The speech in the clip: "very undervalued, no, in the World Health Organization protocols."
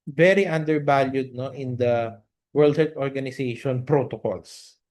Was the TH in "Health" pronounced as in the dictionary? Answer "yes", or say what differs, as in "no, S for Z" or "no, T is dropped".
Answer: no, F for TH